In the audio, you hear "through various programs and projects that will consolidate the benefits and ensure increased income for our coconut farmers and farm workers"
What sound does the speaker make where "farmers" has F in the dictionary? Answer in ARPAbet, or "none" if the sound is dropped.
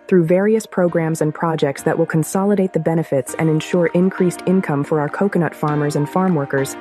F